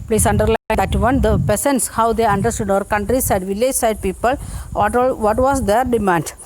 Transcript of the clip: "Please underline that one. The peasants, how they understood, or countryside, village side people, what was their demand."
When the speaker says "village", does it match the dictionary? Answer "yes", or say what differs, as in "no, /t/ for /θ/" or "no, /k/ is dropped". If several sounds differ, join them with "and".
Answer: yes